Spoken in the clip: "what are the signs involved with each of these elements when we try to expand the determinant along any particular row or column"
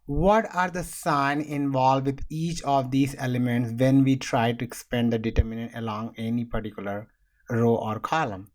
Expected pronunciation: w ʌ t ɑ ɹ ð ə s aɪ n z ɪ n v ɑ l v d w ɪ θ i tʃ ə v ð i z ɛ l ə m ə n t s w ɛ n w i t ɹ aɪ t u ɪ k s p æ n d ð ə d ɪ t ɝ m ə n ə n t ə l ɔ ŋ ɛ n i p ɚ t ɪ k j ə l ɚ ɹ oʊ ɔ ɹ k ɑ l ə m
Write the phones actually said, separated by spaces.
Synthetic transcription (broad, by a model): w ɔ t ɑ ɹ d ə s aɪ n ɪ n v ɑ l d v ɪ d i tʃ ə v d i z ɛ l ə m ə n t s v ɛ n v i t ɹ aɪ t u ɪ k s p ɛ n d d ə d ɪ t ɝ m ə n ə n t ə l ɔ ŋ ɛ n i p ɚ t ɪ k j ə l ɚ ɹ oʊ ɔ ɹ k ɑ l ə m